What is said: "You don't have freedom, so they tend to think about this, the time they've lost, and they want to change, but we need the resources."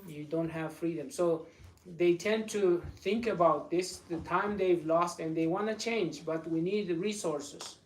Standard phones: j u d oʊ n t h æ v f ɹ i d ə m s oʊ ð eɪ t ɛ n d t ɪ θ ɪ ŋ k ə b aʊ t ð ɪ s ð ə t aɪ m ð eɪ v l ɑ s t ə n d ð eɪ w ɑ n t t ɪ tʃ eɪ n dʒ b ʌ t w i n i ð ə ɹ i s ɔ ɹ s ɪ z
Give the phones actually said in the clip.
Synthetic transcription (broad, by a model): j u d oʊ n t h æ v f ɹ i d ə m s oʊ ð eɪ t ɛ n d t ɪ θ ɪ ŋ k ə b aʊ t ð ɪ s ð ə t aɪ m ð eɪ v l ɑ s t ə n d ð eɪ w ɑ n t t ɪ tʃ eɪ n dʒ b ʌ t w i n i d ɹ i s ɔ ɹ s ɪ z